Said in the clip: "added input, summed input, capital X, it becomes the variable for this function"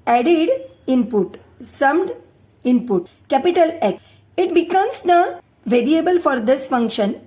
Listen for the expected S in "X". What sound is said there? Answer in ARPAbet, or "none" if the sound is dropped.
none